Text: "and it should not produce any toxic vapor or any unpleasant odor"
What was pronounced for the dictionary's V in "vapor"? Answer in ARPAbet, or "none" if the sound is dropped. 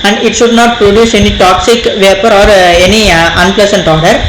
V